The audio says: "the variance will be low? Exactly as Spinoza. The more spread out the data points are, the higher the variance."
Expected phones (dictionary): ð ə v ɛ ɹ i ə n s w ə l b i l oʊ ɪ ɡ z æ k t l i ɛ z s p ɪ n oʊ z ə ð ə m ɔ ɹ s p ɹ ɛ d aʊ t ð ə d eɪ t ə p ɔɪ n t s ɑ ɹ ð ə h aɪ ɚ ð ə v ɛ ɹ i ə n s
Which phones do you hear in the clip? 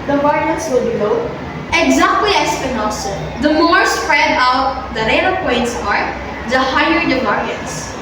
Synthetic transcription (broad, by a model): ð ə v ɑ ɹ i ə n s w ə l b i n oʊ ɪ ɡ z æ k t l i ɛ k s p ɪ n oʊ s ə ð ə m ɔ ɹ s p ɹ ɛ d aʊ t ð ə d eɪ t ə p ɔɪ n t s ɑ ɹ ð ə h aɪ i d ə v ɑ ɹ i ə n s